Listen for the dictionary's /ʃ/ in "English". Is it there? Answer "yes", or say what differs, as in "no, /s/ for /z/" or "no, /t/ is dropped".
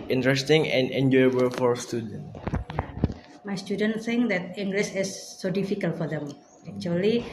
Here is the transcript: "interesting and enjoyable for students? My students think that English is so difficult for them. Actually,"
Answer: no, /s/ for /ʃ/